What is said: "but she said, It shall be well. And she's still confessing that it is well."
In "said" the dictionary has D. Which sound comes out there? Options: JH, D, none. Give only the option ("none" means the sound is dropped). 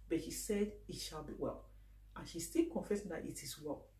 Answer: D